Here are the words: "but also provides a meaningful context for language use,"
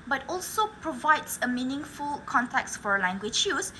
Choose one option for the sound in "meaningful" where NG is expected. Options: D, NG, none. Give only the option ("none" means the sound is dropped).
NG